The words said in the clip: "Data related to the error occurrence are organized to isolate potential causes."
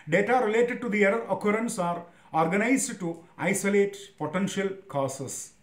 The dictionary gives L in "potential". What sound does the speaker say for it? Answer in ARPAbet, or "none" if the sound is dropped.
L